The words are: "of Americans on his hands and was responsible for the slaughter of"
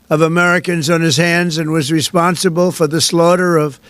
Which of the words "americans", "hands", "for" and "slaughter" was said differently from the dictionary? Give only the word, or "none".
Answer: none